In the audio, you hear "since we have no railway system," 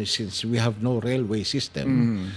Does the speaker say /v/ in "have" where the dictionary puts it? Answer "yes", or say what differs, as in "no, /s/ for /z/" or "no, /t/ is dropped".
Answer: yes